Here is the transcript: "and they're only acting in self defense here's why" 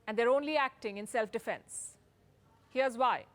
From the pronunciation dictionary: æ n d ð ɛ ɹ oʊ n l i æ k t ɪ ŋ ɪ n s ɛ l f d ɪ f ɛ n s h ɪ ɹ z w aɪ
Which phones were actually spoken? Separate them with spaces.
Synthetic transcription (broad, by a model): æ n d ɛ ɹ oʊ n l i æ k t ɪ ŋ ɪ n s ɛ l f d ɪ f ɛ n s h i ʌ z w aɪ